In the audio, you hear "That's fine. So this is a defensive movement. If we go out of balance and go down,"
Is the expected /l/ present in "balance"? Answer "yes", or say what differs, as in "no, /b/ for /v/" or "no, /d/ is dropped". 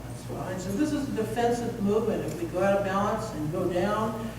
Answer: no, /l/ is dropped